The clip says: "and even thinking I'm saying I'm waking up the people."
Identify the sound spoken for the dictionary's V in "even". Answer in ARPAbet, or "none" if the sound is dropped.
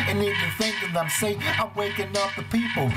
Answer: none